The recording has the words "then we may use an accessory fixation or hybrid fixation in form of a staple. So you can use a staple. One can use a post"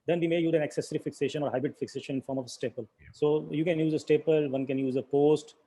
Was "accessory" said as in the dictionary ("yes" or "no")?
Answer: yes